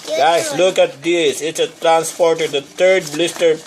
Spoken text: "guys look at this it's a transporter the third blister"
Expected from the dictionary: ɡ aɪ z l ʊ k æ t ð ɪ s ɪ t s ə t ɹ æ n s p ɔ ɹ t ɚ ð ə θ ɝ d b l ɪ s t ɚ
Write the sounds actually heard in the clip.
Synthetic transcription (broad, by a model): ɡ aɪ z l ʊ k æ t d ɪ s ɪ t s ə t ɹ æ n s p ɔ ɹ t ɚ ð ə t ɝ d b l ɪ s t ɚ